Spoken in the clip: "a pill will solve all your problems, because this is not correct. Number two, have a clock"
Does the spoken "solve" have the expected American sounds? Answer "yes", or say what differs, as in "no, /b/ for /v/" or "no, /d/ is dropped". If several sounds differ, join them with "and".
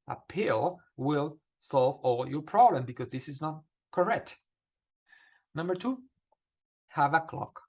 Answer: yes